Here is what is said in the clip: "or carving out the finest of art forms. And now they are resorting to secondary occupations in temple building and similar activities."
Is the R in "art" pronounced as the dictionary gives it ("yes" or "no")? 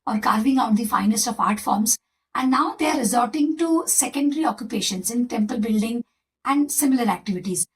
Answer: yes